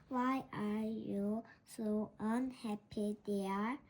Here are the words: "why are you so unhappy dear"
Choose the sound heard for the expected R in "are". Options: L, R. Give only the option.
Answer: R